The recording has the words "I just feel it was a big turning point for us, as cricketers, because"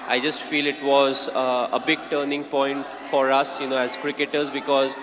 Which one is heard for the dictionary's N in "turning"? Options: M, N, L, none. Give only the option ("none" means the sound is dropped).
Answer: N